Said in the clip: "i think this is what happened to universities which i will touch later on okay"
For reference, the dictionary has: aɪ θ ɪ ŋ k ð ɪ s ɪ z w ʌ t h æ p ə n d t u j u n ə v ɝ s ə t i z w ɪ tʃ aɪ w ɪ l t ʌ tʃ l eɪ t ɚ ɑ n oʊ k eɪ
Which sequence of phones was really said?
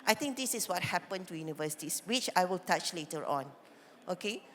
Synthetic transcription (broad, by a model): aɪ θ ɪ ŋ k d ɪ s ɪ s w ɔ t h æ p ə n t u j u n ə v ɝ s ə t i s w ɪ tʃ aɪ w ɪ l t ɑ tʃ l eɪ t ɚ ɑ n oʊ k eɪ